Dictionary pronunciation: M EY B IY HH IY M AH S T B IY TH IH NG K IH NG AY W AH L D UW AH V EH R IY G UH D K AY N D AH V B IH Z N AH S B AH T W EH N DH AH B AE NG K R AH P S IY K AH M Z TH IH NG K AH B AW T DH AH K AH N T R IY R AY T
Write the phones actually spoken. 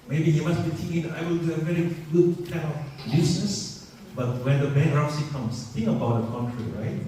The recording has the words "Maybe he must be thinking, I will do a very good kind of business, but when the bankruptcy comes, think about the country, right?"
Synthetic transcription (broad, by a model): M EY B IY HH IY M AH S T B IY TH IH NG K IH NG AY W AH L D UW AH V EH R IY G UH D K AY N AH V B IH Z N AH S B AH T W EH N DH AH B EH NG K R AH S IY K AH M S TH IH NG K AH B AW T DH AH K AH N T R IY R AY T